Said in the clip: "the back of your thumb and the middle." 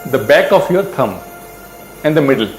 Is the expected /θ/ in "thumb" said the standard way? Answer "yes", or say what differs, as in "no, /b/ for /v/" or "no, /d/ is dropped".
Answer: no, /t/ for /θ/